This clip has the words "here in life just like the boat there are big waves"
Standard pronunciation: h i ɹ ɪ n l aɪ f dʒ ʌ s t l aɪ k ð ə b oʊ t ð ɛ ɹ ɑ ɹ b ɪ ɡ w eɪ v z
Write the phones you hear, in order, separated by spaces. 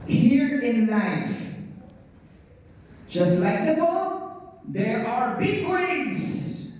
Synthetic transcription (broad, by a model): h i ɹ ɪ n n aɪ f dʒ ʌ s t l aɪ k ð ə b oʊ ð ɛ ɹ ɑ ɹ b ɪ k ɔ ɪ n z